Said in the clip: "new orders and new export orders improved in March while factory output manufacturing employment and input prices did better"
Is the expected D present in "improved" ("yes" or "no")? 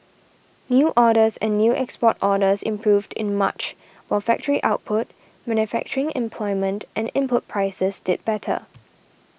yes